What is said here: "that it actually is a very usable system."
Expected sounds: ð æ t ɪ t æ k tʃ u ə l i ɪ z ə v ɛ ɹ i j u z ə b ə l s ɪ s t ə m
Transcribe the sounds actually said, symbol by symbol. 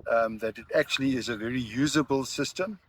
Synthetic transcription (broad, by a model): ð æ t ɪ t æ k tʃ u ə l i ɪ z ə v ɛ ɹ i j u z ə b ə l s ɪ s t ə m